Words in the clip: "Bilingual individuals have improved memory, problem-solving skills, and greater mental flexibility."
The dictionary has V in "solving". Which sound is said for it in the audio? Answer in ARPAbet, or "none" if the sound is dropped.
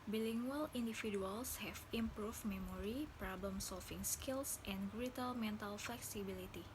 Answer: F